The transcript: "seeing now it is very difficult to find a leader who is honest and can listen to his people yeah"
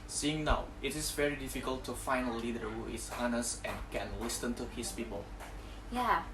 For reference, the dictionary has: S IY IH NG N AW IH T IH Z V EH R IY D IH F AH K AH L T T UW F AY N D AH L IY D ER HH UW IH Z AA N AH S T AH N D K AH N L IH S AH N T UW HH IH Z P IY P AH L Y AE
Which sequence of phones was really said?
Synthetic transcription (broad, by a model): S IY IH NG N AW IH T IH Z V EH R IY D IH F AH K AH L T T UW F AY N AH L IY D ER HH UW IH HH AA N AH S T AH N K AH N L IH S AH N T UW HH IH S P IY P AH L Y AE